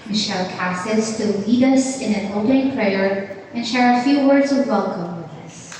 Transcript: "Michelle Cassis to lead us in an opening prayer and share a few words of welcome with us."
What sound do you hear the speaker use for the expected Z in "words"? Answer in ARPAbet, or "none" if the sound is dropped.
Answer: Z